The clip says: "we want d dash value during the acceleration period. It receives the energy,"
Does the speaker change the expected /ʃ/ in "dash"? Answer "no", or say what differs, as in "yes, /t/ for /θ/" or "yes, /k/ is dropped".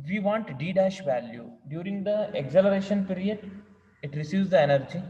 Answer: no